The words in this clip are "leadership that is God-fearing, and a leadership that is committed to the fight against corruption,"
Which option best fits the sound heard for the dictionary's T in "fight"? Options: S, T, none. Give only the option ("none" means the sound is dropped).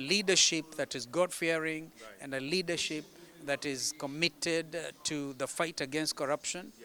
T